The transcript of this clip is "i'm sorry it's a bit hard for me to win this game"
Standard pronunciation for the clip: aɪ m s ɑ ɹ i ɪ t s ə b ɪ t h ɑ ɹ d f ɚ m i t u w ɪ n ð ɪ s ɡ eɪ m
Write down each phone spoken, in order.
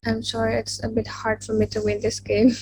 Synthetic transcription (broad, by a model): aɪ m ʃ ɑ ɹ ɪ t s ə b ɪ t h ɑ ɹ d f ɚ m i t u w ɪ n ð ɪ s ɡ eɪ m